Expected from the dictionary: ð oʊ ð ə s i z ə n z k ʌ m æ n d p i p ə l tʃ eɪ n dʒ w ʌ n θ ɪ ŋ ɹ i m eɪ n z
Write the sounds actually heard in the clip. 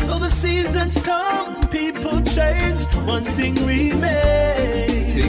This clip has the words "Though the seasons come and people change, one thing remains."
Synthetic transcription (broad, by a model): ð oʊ ð ə s i z ə n z k ʌ m p i p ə l tʃ eɪ n dʒ w ʌ n θ ɪ ŋ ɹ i m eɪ